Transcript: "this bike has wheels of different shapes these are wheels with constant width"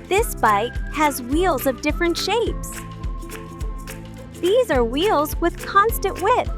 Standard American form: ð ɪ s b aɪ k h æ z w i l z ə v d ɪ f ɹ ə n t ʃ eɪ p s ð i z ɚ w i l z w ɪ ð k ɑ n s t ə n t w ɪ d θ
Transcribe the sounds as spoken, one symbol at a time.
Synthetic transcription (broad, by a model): ð ɪ s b aɪ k h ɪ z w i l z ə v d ɪ f ɹ ə n t ʃ eɪ p s ð i z ɚ w i l z w ɪ ð k ɑ n s t ə n t w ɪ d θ